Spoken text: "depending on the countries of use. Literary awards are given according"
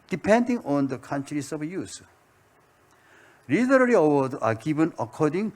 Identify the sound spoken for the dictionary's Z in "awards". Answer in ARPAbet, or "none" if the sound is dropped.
none